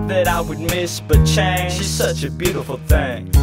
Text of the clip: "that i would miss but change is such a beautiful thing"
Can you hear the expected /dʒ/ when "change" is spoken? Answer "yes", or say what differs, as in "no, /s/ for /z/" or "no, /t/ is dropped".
no, /ʃ/ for /dʒ/